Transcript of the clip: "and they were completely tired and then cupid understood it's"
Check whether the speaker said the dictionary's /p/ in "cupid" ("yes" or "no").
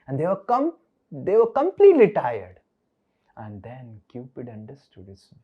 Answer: yes